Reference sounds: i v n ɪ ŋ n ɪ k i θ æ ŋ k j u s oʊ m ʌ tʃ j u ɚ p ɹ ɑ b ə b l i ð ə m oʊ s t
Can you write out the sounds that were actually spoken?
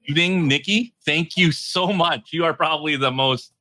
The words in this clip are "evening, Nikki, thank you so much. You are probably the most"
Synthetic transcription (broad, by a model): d ɪ ŋ n ɪ k i θ æ ŋ k j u s oʊ m ʌ tʃ j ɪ ɚ p ɹ ɑ b ə b l i ð ə m oʊ s t